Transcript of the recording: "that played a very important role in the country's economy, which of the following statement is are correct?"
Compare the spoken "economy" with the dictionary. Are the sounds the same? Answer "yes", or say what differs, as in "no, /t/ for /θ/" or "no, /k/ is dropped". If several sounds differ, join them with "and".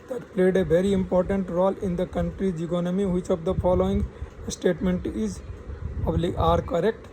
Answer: yes